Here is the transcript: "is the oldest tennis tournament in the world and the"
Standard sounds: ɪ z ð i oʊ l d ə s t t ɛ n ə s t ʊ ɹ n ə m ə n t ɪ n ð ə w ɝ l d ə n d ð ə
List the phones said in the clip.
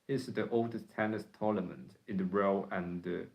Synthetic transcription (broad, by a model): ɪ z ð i oʊ l d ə s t t ɛ n ə s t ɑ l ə m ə n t ɪ n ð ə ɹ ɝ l ə n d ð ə